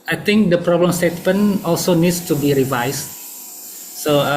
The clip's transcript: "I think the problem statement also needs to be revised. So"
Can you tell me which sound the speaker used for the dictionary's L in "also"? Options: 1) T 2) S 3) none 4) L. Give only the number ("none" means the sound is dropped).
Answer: 4